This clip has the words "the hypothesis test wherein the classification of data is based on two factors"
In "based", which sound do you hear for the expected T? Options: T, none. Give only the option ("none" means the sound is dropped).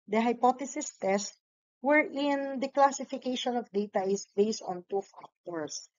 T